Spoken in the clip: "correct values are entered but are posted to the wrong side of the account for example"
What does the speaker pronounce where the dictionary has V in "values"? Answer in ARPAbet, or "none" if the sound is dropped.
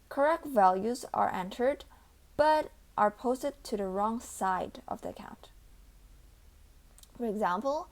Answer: V